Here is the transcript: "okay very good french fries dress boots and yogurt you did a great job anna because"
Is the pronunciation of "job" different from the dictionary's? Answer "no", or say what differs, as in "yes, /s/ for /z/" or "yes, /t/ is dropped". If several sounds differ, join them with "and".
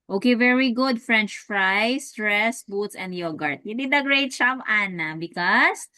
yes, /tʃ/ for /dʒ/